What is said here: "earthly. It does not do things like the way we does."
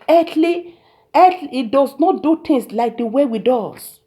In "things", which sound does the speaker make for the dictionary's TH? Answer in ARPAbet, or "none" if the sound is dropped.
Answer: T